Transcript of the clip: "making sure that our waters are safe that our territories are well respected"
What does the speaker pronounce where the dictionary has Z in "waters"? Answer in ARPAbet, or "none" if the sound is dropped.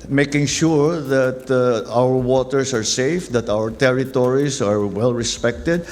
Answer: S